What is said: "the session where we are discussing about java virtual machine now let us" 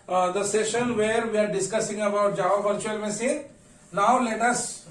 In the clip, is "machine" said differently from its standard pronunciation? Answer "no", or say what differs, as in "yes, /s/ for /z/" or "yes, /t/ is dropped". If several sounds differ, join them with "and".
yes, /s/ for /ʃ/